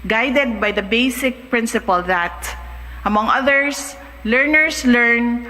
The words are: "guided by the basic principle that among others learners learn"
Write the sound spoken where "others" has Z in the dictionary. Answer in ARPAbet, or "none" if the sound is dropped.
S